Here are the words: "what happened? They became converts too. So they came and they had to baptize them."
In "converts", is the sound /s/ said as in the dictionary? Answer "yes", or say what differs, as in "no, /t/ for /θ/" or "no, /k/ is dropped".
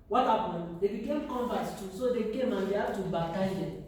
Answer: no, /s/ is dropped